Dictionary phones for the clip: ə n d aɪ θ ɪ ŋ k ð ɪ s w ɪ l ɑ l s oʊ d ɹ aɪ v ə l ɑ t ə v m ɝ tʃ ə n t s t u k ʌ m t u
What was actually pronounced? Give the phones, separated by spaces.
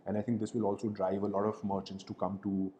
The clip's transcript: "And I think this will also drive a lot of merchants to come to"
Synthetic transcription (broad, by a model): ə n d aɪ t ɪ ŋ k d ɪ s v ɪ l ɑ l s oʊ d ɹ aɪ v ə l ɑ t ə v m ɝ tʃ ə n t s t u k ʌ m t u